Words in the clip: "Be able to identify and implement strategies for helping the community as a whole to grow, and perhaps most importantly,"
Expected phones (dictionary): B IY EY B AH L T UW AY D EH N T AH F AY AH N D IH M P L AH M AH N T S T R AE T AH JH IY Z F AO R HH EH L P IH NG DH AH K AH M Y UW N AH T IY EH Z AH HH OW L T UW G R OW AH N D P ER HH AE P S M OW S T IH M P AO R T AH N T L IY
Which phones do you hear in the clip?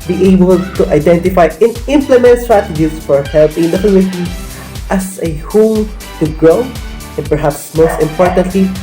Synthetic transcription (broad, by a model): B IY EY B AH L T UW AY D EH N T AH F AY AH N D IH M P L AH M AH N T S T R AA T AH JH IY S F AO R HH EH L P IH NG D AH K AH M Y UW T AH T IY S AH HH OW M T UW G R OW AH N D P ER HH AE P S M OW S T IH M P AO R T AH N T L IY